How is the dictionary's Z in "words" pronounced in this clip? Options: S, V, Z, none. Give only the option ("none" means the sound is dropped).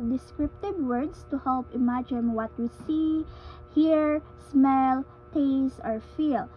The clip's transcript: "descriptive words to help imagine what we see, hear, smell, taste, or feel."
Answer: S